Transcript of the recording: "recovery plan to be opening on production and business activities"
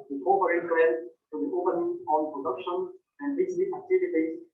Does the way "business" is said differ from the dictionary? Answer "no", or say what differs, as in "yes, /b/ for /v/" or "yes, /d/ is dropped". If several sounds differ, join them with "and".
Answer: yes, /s/ is dropped